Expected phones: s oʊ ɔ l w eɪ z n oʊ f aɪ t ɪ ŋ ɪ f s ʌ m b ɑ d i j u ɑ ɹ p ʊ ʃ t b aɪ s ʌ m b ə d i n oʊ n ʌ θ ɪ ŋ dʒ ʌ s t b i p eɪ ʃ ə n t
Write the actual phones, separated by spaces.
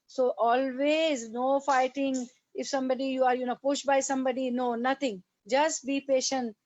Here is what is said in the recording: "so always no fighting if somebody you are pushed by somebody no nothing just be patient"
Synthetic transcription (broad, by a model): s oʊ ɔ l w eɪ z n oʊ f aɪ t ɪ ŋ ɪ f s ʌ m b ɑ d i j u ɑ ɹ p ʊ ʃ t b aɪ s ʌ m b ə d i n oʊ n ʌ t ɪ ŋ dʒ ʌ s t b i p eɪ ʃ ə n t